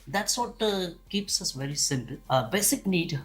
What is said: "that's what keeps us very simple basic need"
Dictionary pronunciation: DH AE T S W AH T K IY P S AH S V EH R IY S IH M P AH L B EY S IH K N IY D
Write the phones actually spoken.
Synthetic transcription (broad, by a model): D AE T S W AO T K IY P S AH S V EH R IY S IH M P AH L B EY S IH K N IY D